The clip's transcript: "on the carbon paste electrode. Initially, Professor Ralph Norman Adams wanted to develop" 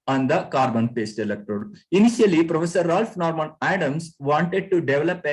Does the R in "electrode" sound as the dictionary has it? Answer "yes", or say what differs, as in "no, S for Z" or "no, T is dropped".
no, R is dropped